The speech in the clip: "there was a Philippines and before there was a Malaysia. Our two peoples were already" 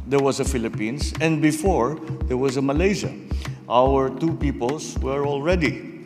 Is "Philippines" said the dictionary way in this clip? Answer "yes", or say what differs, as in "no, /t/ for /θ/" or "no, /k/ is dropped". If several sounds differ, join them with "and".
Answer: no, /s/ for /z/